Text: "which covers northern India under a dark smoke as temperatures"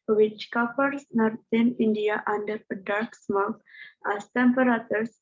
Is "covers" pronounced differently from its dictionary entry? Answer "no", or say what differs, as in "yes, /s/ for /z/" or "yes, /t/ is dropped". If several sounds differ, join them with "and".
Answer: yes, /p/ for /v/